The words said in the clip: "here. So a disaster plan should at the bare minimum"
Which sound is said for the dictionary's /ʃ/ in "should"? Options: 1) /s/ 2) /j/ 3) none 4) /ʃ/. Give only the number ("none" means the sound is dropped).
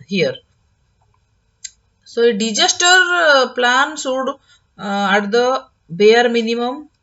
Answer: 1